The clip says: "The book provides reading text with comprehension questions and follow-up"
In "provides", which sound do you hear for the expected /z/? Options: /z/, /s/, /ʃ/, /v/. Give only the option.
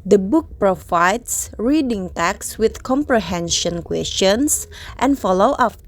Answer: /s/